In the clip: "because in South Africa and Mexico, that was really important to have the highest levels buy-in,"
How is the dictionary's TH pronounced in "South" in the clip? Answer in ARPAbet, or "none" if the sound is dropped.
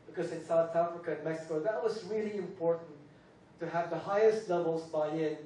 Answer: TH